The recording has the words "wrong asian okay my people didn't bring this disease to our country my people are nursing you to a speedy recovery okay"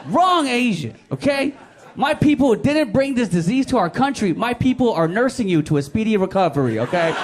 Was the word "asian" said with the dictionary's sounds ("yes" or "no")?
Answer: no